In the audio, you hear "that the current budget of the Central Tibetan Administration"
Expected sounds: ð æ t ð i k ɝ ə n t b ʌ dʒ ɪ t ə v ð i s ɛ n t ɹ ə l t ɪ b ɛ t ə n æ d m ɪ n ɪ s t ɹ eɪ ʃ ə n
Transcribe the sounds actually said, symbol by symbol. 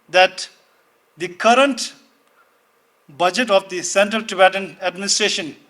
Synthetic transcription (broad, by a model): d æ t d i k ɝ ə n t b ʌ dʒ ɪ t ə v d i s ɛ n t ɹ ə l t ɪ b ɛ t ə n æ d m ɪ n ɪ s t ɹ eɪ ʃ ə n